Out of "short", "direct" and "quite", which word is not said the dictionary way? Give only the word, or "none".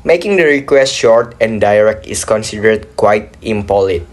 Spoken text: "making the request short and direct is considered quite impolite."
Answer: none